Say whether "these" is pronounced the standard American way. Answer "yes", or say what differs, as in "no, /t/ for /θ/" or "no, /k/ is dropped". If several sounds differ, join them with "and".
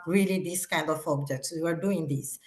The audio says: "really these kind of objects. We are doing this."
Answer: no, /s/ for /z/